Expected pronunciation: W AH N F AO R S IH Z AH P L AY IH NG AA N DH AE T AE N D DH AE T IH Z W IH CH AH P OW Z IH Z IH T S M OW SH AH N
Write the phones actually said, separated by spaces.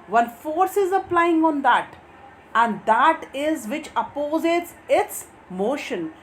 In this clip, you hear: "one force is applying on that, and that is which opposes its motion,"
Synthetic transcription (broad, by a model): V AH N F AO R S IH Z AH P L AY IH NG AA N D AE T AE N D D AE T IH Z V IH CH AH P OW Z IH S IH T S M OW SH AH N